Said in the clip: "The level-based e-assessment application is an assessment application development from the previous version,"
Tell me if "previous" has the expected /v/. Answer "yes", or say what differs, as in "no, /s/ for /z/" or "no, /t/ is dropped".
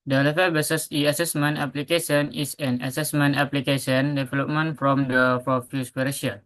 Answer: no, /f/ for /v/